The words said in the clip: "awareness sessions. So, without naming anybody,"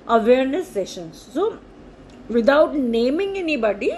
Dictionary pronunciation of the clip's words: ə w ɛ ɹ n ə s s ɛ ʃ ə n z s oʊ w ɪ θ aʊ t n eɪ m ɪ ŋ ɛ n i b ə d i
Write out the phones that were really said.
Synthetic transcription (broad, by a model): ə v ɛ ɹ n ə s s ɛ ʃ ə n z s oʊ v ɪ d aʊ t n eɪ m ɪ ŋ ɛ n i b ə d i